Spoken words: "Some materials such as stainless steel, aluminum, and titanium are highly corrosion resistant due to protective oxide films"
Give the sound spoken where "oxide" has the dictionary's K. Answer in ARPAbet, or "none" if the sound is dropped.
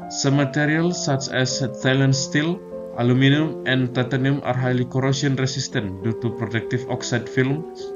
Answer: K